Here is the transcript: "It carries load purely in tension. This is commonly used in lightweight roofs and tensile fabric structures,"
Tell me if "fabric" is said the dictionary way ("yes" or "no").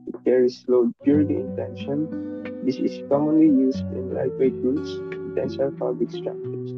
no